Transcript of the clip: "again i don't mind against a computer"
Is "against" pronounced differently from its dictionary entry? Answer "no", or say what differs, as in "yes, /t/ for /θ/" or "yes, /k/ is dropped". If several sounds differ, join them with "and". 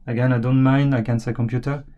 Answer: yes, /t/ is dropped